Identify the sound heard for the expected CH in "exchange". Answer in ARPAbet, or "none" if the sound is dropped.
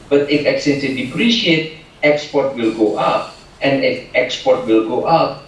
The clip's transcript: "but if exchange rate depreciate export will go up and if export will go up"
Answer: none